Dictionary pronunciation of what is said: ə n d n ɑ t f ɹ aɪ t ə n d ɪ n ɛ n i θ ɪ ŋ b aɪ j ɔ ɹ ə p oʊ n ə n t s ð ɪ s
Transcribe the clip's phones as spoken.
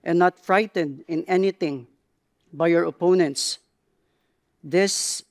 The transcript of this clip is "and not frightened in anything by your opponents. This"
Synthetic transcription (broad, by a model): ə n n ɑ t f ɹ aɪ t ə n d ɪ n ɛ n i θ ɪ ŋ b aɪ j ɔ ɹ ə p oʊ n ə n t s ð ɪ s